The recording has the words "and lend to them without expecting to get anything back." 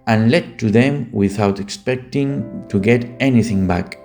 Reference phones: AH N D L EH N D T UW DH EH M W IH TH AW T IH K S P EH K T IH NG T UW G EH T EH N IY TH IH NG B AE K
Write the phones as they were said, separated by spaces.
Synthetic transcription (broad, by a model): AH N L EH D T UW DH EH M W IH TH AW T IH K S P EH K T IH NG T UW G EH T EH N IY TH IH NG B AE K